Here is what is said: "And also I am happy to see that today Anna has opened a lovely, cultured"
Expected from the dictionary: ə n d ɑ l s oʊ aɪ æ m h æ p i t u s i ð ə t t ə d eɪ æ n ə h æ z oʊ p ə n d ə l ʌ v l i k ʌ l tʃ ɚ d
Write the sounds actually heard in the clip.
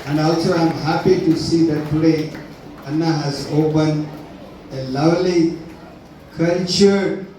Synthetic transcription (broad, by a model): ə n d ɑ l s oʊ aɪ m h æ p i t u s i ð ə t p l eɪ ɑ n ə h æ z oʊ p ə n ə l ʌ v l i k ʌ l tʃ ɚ